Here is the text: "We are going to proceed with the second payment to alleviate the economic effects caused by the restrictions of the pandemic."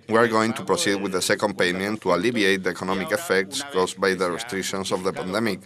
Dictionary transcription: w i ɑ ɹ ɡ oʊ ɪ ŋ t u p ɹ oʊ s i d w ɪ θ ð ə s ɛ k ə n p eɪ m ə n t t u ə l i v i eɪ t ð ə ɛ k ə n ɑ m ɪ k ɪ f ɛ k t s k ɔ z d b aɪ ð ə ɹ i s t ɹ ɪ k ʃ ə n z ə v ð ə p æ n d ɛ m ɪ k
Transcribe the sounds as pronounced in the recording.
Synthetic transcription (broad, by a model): w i ɑ ɹ ɡ oʊ ɪ ŋ t u p ɹ oʊ s i d w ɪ ð ə s ɛ k ə n p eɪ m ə n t t u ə l i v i eɪ t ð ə ɛ k ə n ɑ m ɪ k ɪ f ɛ k t s k ɔ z b aɪ ð ə ɹ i s t ɹ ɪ k ʃ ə n s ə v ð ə p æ n d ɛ m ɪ k